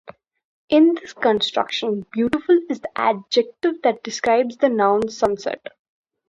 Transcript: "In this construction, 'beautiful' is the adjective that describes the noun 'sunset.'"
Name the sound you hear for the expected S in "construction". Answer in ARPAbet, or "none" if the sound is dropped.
S